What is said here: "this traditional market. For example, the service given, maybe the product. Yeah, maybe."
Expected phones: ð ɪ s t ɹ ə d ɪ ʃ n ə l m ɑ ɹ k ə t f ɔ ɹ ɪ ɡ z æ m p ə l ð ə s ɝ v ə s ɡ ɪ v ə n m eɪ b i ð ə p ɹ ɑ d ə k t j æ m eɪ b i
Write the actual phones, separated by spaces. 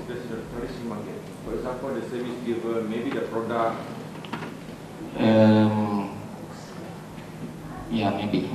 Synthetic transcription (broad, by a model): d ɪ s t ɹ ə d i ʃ ə n m ɑ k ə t f ɔ ɹ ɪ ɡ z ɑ m p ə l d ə s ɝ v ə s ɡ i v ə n m eɪ b i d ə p ɹ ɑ d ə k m j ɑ m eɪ b i